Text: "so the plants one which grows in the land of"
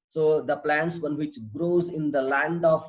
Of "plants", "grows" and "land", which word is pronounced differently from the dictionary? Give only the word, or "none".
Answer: none